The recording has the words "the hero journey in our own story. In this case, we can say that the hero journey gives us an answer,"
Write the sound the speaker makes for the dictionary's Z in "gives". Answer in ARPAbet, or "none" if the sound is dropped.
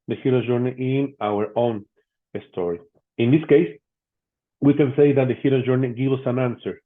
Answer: none